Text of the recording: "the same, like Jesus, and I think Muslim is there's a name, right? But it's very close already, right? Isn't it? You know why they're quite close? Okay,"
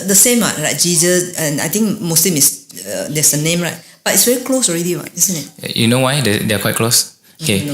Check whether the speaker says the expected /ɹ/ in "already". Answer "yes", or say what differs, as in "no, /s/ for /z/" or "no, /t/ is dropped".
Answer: yes